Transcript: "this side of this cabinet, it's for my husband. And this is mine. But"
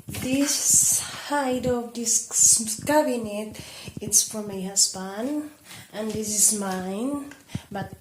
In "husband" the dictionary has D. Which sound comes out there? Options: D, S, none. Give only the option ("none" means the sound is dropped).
none